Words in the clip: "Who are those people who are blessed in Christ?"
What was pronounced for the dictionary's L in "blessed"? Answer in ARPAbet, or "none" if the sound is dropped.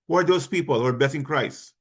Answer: none